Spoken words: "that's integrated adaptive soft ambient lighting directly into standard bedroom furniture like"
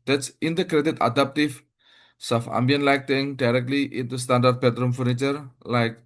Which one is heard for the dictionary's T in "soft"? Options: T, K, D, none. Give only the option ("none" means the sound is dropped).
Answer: none